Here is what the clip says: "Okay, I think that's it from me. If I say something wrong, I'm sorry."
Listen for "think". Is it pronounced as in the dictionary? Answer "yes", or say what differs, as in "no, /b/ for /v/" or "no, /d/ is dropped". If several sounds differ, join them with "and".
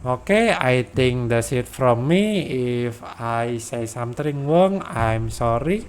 no, /t/ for /θ/